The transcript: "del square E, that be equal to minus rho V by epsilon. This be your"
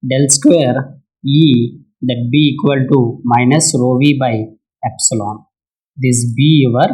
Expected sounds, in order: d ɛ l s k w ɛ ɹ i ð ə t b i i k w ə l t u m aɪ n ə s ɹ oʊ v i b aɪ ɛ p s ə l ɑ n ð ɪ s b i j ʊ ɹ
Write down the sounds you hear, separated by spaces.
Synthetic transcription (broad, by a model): d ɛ l s k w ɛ ɹ i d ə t b i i k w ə l t u m aɪ n ə s ɹ oʊ v i b aɪ ɛ p s ə l ɑ n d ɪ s b i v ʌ ɹ